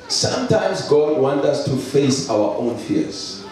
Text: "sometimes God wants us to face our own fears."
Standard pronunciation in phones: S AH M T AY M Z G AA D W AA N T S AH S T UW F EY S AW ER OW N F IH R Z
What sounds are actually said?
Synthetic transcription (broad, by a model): S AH M T AY M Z G AA D W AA N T AH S T UW F EY S AW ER OW N F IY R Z